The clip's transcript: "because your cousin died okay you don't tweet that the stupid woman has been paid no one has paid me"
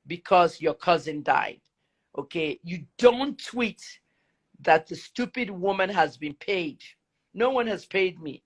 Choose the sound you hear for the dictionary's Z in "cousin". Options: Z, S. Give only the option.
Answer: Z